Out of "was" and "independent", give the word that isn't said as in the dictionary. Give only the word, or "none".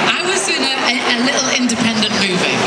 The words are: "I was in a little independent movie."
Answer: was